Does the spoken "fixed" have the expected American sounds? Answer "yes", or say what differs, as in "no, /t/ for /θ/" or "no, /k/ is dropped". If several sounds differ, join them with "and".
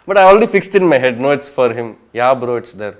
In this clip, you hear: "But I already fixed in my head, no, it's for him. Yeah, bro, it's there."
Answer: yes